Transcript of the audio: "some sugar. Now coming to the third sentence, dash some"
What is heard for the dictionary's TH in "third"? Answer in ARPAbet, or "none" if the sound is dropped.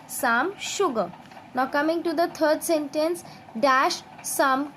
T